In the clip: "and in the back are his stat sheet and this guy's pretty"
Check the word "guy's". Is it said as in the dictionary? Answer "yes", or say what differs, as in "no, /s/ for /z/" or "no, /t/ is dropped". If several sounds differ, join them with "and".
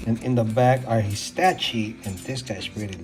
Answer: no, /s/ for /z/